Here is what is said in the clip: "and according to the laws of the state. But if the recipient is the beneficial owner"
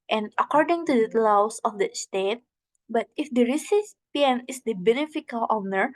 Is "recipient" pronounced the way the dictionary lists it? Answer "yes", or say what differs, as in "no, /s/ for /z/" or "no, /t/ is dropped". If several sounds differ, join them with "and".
no, /t/ is dropped